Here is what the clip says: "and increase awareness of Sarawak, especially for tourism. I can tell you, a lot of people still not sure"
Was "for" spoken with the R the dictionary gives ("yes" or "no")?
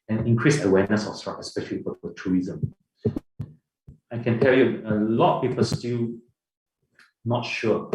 no